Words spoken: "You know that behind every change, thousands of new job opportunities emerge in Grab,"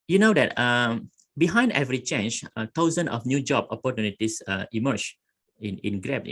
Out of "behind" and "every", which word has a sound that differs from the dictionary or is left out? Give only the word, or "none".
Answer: none